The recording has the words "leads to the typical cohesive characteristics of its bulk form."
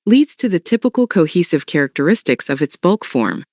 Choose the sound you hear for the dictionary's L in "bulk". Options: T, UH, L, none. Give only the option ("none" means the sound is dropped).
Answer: L